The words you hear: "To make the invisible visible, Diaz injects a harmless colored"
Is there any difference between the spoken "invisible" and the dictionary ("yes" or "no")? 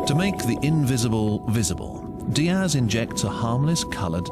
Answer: no